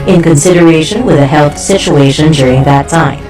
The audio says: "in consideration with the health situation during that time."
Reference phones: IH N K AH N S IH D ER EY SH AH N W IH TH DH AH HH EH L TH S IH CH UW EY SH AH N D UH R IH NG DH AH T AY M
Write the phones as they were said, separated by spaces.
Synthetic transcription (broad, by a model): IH N K AH N S IH D ER EY SH AH N W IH DH AH HH EH L TH S IH CH UW EY SH AH N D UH R IH NG DH AH T AY M